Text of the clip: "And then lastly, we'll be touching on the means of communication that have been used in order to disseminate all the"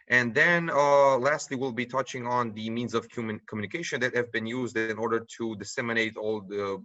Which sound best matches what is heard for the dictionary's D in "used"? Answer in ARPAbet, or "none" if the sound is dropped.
D